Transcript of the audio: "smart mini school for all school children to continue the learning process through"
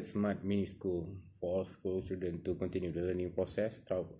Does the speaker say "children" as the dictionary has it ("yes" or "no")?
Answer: no